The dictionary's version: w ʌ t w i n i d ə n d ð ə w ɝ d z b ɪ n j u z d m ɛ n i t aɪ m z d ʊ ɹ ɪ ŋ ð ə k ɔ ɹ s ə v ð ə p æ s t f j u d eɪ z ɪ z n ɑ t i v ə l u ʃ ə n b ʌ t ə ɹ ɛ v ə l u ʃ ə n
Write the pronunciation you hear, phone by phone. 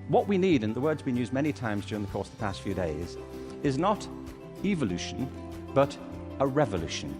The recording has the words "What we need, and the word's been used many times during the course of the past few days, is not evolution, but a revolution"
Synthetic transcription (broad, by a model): w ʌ t w i n i d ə n ð ə w ɝ d z b ɪ n j u z d m ɛ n i t aɪ m z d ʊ ɹ ɪ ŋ ð ə k ɔ ɹ s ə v ð ə p æ s t f j u d eɪ z ɪ z n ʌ t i v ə l u ʃ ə n b ʌ t ə ɹ ɛ v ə l u ʃ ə n